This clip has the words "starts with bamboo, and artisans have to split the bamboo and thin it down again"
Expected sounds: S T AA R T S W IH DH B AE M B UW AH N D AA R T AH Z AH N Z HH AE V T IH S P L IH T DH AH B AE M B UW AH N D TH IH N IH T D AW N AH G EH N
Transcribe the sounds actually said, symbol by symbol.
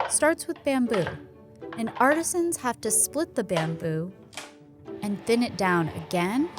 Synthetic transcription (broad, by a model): S T AA R T S W IH DH B AE M B UW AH N AA R T AH Z AH N Z HH AE F T IH S P L IH T DH AH B AE M B UW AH N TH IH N IH T D AW N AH G EH N